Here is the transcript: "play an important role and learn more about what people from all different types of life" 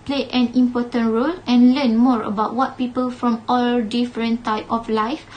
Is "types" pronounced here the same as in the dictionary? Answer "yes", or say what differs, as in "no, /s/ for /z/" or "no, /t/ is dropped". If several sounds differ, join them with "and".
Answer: no, /s/ is dropped